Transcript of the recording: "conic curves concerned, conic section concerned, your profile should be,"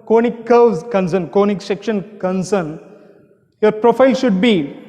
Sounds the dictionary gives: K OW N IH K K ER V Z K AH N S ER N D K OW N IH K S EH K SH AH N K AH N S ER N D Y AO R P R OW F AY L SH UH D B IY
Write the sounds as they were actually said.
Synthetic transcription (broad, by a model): K OW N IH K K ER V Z K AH N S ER N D K OW N IH K S EH K SH AH N K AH N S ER N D Y AO R P R OW F AY L SH UH D B IY